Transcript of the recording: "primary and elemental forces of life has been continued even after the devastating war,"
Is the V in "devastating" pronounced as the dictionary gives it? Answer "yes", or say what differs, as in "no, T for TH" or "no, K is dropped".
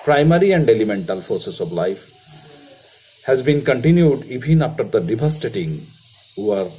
no, B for V